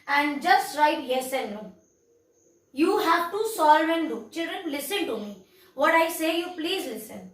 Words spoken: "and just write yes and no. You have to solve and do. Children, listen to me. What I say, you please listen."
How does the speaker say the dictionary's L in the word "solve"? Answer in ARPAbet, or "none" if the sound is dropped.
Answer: L